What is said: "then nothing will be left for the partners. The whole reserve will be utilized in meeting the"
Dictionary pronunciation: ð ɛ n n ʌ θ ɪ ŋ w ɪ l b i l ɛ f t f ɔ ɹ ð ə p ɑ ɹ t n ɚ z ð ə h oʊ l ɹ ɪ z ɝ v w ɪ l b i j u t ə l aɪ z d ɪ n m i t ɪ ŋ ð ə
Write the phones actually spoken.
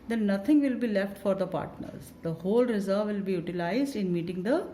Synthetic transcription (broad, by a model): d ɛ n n ʌ t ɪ ŋ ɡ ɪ l b i l ɛ f t f ɔ ɹ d ə p ɑ ɹ t n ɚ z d ə h oʊ l ɹ ɪ z ɝ v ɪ l b i j u t ə l aɪ z d ɪ n m i t ɪ ŋ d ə